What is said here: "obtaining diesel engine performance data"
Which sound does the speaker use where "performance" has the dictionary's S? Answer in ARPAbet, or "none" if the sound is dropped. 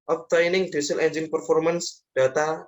S